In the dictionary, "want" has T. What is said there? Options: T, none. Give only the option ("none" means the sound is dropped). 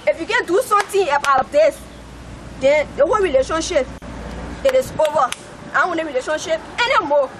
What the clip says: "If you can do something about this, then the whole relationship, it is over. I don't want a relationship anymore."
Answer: none